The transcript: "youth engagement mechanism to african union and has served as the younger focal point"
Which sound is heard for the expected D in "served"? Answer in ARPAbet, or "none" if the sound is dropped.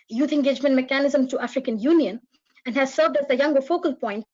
D